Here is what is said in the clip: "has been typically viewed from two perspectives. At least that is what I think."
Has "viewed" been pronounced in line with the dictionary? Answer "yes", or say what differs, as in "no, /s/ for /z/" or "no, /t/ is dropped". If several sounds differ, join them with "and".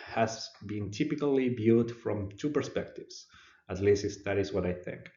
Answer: no, /b/ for /v/